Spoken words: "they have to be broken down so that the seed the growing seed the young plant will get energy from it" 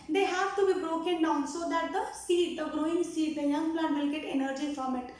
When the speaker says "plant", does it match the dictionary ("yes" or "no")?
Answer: no